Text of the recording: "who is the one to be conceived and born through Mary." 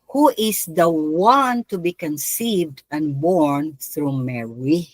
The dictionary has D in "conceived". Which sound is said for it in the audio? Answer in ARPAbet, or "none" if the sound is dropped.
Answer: D